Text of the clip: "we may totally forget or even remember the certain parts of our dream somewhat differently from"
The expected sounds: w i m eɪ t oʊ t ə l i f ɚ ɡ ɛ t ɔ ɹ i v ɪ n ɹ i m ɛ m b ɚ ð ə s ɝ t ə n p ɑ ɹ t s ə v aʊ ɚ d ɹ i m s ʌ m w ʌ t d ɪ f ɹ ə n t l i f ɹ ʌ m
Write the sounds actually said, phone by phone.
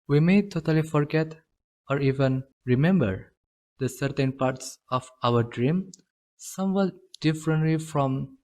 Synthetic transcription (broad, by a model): w i m eɪ t oʊ t ə l i f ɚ ɡ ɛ t ɔ ɹ i v ɪ n ɹ i m ɛ m b ɚ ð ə s ɝ t ə n p ɑ ɹ t s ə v aʊ ɚ d ɹ i m s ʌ m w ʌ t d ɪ f ɹ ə n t l i f ɹ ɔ m